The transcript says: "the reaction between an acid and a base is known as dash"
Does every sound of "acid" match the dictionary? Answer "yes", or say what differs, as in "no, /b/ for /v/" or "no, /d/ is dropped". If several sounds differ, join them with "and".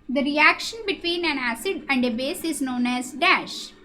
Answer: yes